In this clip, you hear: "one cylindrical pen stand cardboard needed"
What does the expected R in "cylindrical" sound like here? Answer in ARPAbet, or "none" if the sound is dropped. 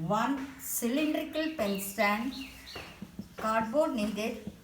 R